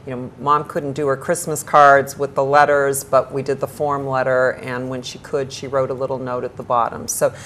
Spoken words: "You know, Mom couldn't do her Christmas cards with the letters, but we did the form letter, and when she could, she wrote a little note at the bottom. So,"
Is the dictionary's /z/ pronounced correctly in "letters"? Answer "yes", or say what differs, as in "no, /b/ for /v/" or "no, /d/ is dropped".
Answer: yes